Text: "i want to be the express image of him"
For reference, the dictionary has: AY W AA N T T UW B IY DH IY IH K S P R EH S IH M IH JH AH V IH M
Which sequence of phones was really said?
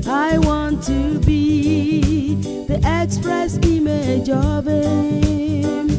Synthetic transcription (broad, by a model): AY W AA N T T UW B IY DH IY IH K S P R EH S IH M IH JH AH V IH